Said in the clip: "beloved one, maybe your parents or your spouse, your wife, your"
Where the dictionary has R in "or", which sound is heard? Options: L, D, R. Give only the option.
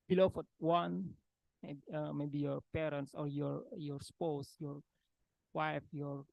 R